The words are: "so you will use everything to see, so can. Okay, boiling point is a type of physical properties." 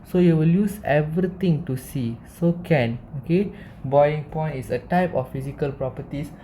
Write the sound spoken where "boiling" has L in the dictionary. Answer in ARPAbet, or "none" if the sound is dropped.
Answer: none